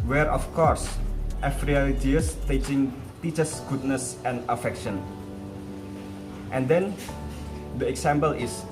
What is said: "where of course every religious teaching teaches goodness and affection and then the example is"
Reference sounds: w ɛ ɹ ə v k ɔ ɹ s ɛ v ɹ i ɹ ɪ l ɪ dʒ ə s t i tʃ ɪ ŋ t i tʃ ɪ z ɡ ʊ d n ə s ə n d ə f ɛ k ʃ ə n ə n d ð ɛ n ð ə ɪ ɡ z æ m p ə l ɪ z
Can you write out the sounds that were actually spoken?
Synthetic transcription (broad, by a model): w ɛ ɹ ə f k ɔ ɹ s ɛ f ɹ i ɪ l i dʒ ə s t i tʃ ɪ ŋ t i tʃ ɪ s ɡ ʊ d n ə s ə n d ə f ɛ k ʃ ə n ə n d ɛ n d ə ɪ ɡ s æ m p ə l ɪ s